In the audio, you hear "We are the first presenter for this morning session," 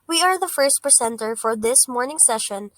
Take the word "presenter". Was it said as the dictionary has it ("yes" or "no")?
no